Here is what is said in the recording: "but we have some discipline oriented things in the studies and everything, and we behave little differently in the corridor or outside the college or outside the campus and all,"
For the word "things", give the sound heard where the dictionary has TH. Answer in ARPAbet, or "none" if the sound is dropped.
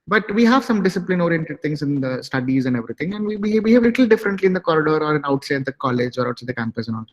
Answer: T